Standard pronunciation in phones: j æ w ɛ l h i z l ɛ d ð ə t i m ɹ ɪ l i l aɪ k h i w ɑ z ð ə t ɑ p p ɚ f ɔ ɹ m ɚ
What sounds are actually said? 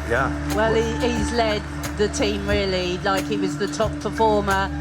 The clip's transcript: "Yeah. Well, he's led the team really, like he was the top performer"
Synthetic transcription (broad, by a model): j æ w ɛ l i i z l ɛ d ð ə t i m ɹ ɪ l i l aɪ k h i w ɑ z ð ə t ɑ p p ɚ f ɔ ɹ m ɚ